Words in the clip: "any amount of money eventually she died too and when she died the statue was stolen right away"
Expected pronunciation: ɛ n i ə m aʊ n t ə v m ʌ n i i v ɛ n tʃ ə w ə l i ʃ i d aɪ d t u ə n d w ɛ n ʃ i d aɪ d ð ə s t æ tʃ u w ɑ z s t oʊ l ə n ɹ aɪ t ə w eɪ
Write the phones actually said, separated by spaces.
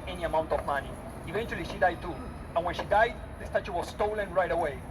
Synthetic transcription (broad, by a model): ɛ n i ə m aʊ n t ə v m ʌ n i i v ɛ n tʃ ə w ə l i ʃ i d aɪ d t u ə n w ɛ n ʃ i d aɪ d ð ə s t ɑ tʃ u w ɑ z s t oʊ l ə n ɹ aɪ t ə w eɪ